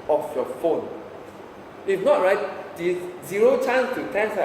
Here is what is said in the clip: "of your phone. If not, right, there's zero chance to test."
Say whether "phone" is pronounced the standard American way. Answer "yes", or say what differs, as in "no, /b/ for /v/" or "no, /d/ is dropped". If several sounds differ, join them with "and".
yes